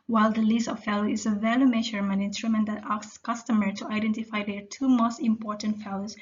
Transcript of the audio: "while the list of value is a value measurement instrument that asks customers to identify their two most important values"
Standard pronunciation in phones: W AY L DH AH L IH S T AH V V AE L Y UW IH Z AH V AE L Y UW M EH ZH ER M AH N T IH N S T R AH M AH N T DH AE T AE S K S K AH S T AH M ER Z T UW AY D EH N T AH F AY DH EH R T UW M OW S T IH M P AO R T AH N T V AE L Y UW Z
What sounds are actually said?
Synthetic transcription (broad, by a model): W AY L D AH L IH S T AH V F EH L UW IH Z AH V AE L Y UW M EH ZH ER M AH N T IH N S T R AH M AH N T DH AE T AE K S K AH S T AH M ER T UW AY D EH N T AH F AY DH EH R T UW M OW S T IH M P AO R T AH N T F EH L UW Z